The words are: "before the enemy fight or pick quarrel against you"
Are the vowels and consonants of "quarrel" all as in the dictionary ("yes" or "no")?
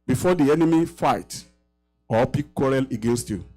yes